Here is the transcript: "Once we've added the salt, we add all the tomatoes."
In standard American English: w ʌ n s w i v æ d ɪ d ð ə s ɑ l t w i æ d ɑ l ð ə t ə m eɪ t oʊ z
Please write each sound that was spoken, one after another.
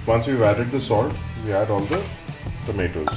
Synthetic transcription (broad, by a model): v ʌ n s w i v æ d ɪ d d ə s ɑ l t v i æ d ɑ l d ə t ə m eɪ t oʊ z